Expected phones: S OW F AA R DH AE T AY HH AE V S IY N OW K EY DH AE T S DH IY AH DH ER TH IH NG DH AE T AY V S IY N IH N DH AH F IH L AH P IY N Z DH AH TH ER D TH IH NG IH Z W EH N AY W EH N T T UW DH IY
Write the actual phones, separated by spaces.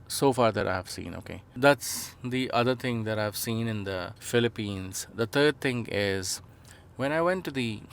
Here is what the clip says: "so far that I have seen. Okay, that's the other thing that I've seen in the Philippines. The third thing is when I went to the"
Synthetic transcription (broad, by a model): S OW F AA R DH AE T AY HH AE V S IY N OW K EY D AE T S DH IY AH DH ER T IH NG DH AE T AY V S IY N IH N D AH F IH L AH P IY N Z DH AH T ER D T IH NG IH Z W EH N AY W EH N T T UW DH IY